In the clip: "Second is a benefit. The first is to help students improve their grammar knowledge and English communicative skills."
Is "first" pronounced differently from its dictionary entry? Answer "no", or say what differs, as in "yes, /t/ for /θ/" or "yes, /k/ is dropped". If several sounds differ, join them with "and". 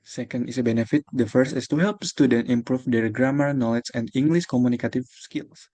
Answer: no